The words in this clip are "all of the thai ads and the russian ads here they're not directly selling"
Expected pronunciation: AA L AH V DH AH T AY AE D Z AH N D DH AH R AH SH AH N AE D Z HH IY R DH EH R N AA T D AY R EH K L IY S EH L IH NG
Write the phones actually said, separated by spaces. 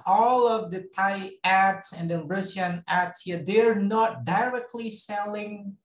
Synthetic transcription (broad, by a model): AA L AH V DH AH T AY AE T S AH N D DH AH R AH S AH N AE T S HH IY R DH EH R N AA T D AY R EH K L IY S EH L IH NG